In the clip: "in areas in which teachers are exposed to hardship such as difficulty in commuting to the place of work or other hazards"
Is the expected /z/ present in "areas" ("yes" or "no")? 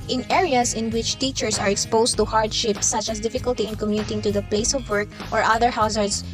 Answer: no